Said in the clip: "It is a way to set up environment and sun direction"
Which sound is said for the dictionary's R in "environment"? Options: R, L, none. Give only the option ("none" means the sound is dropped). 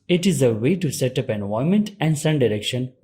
none